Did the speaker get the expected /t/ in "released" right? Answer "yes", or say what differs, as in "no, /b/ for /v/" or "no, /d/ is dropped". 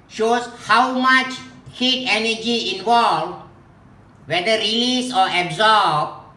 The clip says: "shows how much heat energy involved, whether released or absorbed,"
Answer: no, /t/ is dropped